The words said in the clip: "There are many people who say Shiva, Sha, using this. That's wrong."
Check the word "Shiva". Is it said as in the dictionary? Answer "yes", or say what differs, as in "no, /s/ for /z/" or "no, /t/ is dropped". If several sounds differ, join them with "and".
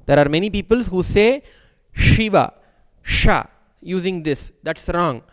yes